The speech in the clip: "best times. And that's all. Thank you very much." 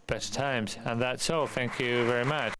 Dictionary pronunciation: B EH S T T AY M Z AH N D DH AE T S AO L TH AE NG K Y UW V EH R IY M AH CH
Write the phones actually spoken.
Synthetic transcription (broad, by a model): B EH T T AY M Z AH N DH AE T S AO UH TH AE NG K Y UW V EH R IY M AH CH